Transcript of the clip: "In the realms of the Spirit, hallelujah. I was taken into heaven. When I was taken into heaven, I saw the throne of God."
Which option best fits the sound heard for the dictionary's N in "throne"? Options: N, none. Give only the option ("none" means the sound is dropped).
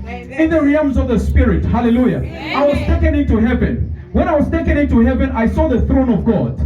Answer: N